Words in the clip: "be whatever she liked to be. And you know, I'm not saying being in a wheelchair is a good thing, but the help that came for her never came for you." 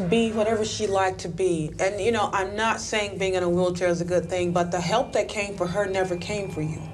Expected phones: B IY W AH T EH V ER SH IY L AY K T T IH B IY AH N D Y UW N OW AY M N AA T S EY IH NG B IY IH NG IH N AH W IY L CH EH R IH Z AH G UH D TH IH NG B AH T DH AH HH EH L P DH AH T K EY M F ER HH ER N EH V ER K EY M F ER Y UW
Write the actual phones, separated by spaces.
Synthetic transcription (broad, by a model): B IY W AH T EH V ER SH IY L AY K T T IH B IY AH N Y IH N OW AY M N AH T S EY IH NG B IY IH NG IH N AH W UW L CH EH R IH Z AH G UH D TH IH NG B AH T DH AH HH EH L P DH AH T K EY M F ER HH ER N EH V ER K EY M F ER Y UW